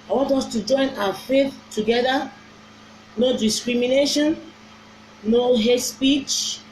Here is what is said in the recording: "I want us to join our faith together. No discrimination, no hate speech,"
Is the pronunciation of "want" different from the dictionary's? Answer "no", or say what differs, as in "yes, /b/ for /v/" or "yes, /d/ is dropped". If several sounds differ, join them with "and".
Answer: no